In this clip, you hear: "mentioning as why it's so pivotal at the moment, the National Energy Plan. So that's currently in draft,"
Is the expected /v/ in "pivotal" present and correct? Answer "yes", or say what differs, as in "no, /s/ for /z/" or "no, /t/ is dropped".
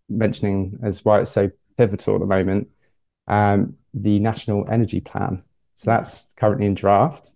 yes